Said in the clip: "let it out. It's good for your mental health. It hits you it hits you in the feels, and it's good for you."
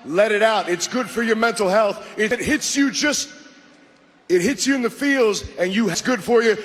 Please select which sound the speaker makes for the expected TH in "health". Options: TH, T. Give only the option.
TH